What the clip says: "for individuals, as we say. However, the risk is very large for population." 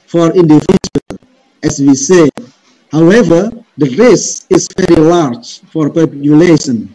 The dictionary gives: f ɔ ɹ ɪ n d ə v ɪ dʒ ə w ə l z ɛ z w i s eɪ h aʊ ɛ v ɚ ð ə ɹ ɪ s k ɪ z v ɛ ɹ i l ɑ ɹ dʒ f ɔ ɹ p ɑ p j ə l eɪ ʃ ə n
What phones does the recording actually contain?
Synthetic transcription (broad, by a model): f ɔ ɹ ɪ n d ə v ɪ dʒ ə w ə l ɛ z w i s eɪ h aʊ ɛ v ɚ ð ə ɹ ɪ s ɪ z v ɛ ɹ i l ɑ ɹ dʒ f ɔ ɹ p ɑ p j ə l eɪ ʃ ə n